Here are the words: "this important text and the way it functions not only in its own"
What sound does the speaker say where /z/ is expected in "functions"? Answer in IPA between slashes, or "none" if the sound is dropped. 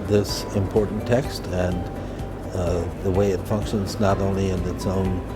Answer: /z/